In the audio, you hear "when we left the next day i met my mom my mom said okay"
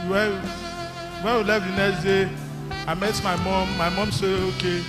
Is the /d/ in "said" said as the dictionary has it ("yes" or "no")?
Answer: no